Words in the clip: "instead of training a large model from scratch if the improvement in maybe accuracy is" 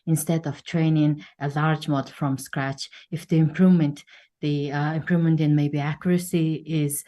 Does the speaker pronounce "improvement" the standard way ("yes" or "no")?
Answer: yes